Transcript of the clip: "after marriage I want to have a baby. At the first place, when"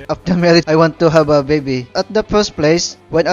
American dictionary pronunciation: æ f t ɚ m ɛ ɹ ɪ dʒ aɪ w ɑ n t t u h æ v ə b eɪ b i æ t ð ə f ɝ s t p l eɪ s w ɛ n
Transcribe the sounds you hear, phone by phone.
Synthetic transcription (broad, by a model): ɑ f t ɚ m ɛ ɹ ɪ aɪ w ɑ n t t u h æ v ə b eɪ b i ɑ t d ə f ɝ s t p l eɪ s w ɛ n